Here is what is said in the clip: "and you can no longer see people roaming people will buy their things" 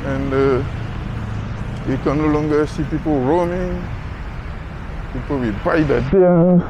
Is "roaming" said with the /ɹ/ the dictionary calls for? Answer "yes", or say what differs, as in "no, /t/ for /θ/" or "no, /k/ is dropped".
yes